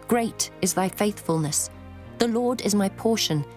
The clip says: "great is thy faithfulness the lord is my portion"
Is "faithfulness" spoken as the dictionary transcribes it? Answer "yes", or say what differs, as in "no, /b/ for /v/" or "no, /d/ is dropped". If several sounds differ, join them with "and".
yes